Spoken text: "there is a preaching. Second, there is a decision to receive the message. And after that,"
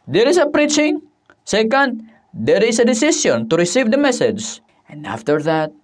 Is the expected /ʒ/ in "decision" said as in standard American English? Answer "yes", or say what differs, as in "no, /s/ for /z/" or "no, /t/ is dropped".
no, /s/ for /ʒ/